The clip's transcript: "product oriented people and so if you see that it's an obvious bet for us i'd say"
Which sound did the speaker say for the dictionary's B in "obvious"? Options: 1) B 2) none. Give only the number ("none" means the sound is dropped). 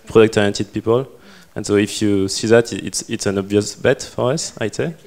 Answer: 1